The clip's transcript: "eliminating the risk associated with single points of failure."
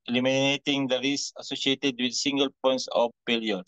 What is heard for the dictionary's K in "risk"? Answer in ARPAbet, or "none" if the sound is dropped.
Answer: none